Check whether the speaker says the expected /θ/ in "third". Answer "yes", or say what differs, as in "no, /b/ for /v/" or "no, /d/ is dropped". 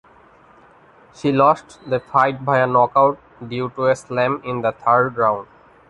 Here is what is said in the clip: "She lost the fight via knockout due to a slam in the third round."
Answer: no, /t/ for /θ/